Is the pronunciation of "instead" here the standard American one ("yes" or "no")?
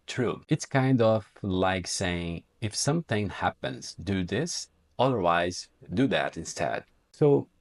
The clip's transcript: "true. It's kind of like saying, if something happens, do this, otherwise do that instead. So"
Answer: yes